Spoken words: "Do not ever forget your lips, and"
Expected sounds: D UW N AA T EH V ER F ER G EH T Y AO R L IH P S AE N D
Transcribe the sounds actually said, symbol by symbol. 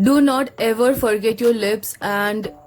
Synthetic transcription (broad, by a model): D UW N AA T EH V ER F ER G EH T Y AO R L IH P S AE N D